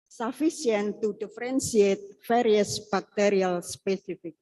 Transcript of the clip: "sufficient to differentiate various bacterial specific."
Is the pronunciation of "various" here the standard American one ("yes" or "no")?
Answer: no